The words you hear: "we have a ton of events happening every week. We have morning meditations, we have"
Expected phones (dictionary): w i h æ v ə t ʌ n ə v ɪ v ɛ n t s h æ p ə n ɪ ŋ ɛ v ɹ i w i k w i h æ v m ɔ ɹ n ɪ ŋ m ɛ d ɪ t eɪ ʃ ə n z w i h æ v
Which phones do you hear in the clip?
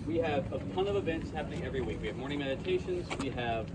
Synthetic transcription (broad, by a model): w i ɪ v ə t ʌ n ə v ɪ v ɛ n t s h æ p ə n ɪ ŋ ɛ v ɹ i w i k w i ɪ v m ɔ ɹ n ɪ ŋ m ɛ d ɪ t eɪ ʃ ə n z w i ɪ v